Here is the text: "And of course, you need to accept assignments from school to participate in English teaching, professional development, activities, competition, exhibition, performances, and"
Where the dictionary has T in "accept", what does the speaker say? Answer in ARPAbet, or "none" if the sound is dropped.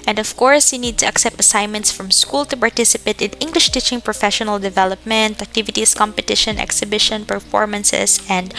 T